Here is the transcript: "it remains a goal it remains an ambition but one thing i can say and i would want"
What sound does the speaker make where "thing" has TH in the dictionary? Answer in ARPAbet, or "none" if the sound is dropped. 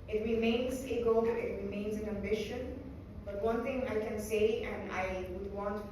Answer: T